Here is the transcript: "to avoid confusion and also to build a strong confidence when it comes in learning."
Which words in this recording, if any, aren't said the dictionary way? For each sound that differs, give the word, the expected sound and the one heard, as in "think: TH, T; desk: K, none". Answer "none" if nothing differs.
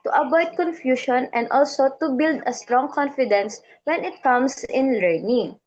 avoid: V, B; confusion: ZH, SH; comes: Z, S